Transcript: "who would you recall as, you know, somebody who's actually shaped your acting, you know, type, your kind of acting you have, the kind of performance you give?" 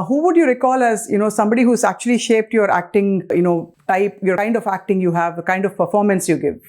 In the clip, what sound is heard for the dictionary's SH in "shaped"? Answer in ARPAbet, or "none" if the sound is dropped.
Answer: SH